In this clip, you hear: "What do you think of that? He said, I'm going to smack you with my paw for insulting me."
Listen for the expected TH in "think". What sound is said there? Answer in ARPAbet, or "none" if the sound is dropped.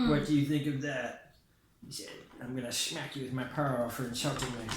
TH